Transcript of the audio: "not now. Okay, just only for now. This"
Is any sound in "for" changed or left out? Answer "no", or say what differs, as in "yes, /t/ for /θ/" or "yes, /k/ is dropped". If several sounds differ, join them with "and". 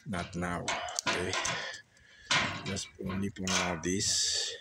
yes, /p/ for /f/